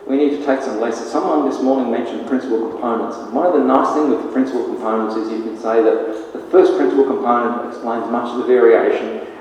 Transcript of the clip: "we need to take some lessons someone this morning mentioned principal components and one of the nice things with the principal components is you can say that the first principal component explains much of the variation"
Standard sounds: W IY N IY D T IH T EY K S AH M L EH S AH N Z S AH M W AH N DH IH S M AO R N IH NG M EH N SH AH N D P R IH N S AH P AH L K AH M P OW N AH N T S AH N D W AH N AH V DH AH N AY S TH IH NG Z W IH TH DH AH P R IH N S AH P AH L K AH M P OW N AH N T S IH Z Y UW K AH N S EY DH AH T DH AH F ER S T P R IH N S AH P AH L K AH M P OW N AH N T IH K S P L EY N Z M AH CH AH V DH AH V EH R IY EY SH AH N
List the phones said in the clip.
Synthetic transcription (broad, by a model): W IY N IY D T IH T EY K S AH M L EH S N S AH M W AH N DH IH S M AO R N IH NG M EH N SH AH N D P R IH N S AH P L K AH M P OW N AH N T S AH N W AH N AH V DH AH N AY S TH IH NG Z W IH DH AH P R IH N S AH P L K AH M P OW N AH N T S IH Z Y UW K AH N S EY DH AH T DH AH F ER S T P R IH N S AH P L K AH M P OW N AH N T IH K S P L EY N Z M AH CH AH V DH AH V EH R IY EY SH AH N